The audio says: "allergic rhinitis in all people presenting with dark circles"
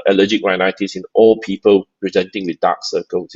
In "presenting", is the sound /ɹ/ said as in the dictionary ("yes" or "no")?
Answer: yes